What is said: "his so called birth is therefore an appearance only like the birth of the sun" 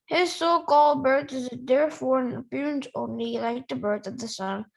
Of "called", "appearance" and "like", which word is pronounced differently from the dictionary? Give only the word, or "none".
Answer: none